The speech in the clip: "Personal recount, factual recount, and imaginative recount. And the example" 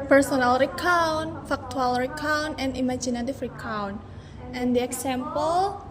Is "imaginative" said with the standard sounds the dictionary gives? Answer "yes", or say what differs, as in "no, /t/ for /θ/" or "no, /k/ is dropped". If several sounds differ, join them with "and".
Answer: no, /f/ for /v/